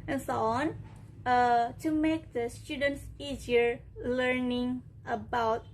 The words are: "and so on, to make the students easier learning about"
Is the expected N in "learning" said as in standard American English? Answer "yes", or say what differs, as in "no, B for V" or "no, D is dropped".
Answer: yes